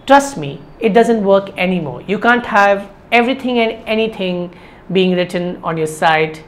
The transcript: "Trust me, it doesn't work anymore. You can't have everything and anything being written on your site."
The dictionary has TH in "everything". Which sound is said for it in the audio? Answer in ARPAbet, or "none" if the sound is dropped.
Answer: T